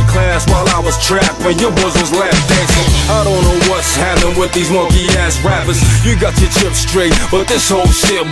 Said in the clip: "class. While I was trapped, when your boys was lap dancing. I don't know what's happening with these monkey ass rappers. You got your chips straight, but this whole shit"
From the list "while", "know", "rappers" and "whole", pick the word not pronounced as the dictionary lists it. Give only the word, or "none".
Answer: rappers